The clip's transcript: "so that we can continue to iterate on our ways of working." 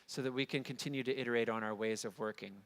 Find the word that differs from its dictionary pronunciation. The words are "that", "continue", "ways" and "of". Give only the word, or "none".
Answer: none